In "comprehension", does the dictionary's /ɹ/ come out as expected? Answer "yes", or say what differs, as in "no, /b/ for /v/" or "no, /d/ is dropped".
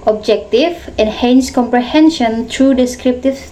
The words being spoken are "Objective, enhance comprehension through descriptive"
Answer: yes